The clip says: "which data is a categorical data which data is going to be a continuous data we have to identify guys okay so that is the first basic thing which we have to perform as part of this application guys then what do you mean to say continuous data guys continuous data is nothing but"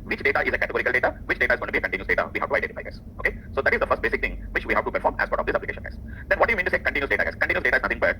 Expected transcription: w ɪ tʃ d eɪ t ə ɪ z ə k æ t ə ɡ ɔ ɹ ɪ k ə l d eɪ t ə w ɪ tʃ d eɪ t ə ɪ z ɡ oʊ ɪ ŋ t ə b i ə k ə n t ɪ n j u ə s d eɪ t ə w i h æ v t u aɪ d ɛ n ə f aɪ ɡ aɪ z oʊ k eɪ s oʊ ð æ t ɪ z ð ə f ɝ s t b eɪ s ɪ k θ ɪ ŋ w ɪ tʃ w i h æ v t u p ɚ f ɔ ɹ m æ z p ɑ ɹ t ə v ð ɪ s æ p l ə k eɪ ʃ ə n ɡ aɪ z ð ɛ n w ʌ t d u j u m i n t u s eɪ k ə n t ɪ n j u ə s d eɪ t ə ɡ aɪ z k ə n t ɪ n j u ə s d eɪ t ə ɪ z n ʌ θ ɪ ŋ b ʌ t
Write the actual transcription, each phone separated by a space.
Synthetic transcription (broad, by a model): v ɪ tʃ d eɪ t ə ɪ z ə k æ t ə ɡ ɔ ɹ ɪ k ə l d eɪ t ə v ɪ tʃ d eɪ t ə ɪ z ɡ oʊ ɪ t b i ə k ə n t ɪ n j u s d eɪ t ə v i h æ v t u aɪ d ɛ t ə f aɪ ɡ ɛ s oʊ k eɪ s oʊ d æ t ɪ z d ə f ɝ s t b eɪ s ɪ k t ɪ ŋ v ɪ tʃ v i h æ v t u p ɚ f ɔ ɹ m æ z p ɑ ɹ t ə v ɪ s æ p l ə k eɪ ʃ ə n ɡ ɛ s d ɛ n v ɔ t d u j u m i n t u s eɪ k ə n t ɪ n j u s d eɪ t ə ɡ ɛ s k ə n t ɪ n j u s d eɪ t ə ɪ z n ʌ t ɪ ŋ b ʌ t